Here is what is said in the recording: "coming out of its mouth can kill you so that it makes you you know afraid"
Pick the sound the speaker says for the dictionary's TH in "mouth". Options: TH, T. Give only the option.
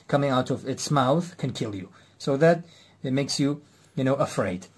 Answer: TH